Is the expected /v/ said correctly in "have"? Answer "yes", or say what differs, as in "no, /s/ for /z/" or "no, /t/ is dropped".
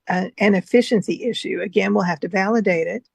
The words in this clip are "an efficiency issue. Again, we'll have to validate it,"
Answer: no, /f/ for /v/